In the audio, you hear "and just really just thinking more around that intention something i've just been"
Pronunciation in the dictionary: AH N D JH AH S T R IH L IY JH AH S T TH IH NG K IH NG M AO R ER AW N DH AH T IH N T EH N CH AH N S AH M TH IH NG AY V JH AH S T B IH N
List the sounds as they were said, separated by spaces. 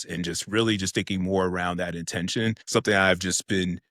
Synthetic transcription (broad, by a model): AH N JH AH S T R IH L IY JH AH S T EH IH K IH NG M AO R ER AW N DH AH T IH N T EH N SH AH N S AH M TH IH NG AY V JH AH S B IH N